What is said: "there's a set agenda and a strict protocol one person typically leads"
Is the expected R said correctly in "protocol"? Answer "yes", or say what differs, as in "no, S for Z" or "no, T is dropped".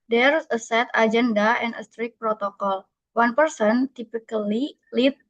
yes